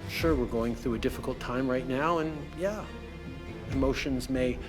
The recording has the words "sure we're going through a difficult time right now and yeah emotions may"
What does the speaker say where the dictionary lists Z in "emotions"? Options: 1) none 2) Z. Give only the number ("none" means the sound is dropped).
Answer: 2